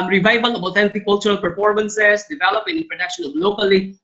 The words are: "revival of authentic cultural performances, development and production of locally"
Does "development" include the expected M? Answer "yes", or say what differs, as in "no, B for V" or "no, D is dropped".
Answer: no, M is dropped